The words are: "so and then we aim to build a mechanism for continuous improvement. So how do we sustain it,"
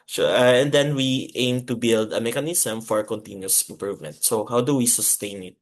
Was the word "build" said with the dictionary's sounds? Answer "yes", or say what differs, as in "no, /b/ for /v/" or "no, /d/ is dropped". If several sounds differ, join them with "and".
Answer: yes